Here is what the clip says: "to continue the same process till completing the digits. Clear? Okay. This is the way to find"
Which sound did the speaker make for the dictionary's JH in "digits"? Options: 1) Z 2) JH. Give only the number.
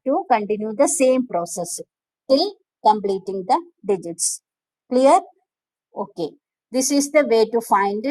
2